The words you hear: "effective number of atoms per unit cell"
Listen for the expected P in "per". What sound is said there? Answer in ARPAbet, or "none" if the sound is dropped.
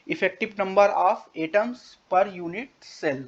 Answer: P